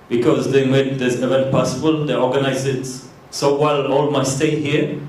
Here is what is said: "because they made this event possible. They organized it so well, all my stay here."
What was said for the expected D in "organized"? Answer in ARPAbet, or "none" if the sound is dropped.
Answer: none